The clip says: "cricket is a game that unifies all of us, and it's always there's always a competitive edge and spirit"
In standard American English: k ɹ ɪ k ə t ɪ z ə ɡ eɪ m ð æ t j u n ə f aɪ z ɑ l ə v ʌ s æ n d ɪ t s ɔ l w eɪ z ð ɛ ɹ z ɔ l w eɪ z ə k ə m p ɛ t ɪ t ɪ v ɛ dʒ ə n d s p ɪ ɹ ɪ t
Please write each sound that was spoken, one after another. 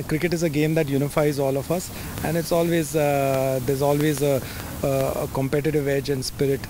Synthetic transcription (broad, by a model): k ɹ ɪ k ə t ɪ z ə ɡ eɪ m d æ t j u n ə f aɪ z ɑ l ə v ʌ s æ n d ɪ t s ɔ l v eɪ z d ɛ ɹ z ɔ l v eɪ z ə k ə m p ɛ t ɪ t ɪ v ɛ dʒ ə n d s p ɪ ɹ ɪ t